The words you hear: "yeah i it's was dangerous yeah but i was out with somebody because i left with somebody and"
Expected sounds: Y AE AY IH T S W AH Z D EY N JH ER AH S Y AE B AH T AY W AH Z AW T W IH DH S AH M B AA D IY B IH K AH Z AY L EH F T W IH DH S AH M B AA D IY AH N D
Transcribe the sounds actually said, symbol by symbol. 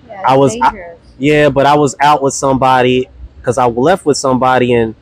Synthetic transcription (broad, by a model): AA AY IH W AH Z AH Y AE B AH T AY W AH Z AW T W IH DH S AH M B AA D IY K AH Z AY L EH F T W IH DH S AH M B AA D IY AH N